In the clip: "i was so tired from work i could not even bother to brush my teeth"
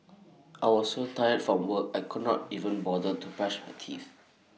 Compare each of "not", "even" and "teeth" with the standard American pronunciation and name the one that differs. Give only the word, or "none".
teeth